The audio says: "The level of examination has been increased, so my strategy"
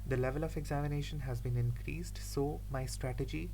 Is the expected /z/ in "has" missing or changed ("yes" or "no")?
no